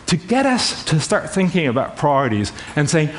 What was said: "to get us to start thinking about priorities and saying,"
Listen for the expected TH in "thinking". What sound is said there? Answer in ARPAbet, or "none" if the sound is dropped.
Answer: TH